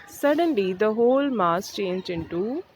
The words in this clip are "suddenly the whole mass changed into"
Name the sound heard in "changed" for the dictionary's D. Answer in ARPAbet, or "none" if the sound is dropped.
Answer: none